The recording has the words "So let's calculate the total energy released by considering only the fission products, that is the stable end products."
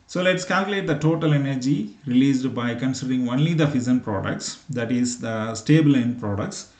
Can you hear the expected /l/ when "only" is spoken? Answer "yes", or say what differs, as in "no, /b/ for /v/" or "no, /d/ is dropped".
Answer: yes